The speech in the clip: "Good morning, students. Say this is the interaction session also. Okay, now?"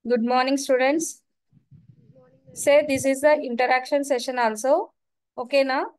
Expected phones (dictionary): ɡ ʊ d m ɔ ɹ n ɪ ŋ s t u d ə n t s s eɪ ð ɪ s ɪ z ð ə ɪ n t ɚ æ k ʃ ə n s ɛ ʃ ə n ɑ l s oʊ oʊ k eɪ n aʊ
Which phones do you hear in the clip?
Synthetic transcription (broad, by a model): ɡ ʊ d m ɔ ɹ n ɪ ŋ s t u d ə n t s s eɪ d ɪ s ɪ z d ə ɪ n t ɚ æ k ʃ ə n s ɛ ʃ ə n ɑ l s oʊ oʊ k eɪ n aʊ